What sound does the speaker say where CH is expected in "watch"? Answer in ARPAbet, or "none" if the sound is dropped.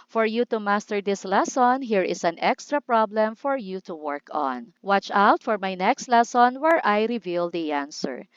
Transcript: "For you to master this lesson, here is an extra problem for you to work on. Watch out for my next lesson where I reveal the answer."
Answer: CH